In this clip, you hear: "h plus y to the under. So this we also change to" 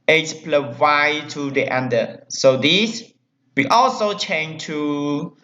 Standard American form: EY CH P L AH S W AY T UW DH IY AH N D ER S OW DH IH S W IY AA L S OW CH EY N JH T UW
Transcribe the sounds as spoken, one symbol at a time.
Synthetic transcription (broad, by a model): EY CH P L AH W AY T UW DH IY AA N D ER S OW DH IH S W IY AA L S OW CH EY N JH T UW